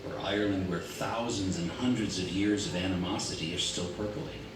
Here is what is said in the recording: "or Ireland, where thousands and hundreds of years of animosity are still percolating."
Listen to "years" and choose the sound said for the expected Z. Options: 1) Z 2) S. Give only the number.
1